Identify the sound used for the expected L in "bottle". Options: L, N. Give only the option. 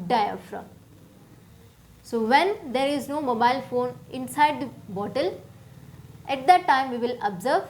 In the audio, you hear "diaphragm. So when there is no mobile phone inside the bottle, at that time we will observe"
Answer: L